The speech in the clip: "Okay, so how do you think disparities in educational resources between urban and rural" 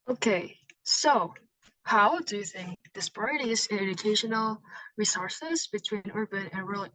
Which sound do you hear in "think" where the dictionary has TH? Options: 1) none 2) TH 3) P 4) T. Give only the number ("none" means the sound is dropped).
2